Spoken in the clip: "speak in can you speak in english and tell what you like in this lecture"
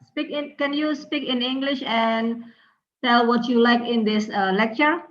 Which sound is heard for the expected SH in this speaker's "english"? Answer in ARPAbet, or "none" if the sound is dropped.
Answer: SH